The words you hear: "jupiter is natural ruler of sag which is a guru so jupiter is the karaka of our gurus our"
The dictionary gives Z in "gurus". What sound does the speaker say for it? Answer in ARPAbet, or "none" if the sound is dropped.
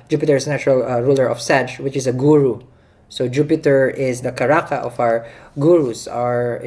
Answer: S